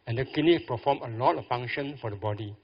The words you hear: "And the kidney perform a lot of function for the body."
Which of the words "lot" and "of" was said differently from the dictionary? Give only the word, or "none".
of